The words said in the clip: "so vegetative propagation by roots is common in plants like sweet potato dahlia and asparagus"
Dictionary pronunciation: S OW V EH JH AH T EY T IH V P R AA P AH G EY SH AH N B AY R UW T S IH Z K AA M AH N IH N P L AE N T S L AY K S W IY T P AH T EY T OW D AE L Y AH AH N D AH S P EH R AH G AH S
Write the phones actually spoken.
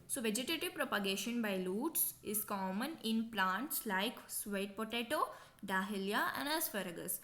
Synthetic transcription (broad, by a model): S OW V EH JH AH T EY T IH V P R AA P AH G EY SH AH N B AY L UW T S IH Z K AA M AH N IH N P L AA N T S L AY K S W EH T P AH T EY T OW D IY L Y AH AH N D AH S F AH R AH G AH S